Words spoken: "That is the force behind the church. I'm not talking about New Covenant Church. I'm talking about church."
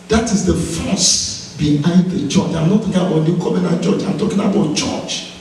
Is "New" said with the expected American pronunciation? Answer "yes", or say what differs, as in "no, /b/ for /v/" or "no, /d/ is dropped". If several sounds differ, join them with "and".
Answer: no, /l/ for /n/